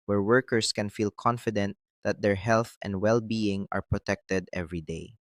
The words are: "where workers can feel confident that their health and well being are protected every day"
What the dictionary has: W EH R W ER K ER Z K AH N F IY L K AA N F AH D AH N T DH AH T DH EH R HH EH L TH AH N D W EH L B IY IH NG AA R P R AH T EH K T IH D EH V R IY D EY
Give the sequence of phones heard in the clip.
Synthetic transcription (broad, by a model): W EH R W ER K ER S K AH N F IY L K AA N F AH D AH N T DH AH T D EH R HH EH L TH AH N D W EH L B IY IH NG AA R P R AH T EH K T IH D EH V R IY D EY